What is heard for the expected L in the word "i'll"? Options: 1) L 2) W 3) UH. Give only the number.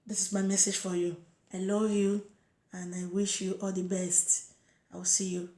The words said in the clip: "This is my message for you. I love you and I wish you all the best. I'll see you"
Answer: 2